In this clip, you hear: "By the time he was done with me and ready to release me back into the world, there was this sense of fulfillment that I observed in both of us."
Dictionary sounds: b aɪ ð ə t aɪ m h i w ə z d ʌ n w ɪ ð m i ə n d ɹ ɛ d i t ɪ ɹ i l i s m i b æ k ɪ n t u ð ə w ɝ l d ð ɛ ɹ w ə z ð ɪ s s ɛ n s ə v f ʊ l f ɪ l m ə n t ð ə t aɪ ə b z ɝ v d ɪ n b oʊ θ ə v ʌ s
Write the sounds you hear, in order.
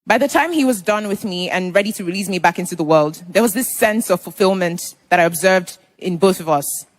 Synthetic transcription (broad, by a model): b aɪ ð ə t aɪ m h i w ə z d ʌ n w ɪ ð m i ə n ɹ ɛ d i t ɪ ɹ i l i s m i b æ k ɪ n t u ð ə w ɝ l d ð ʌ ɹ w ə z ð ɪ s s ɛ n s ə v f l f ɪ l m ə n ð ə t aɪ ə b z ɝ v d ɪ n b oʊ θ ə v ʌ s